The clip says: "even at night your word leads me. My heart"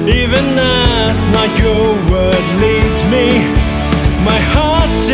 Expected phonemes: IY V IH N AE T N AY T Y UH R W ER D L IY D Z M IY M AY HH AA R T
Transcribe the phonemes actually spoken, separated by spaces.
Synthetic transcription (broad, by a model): IY V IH N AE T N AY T Y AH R W ER D L IY D Z M IY M AY HH AA R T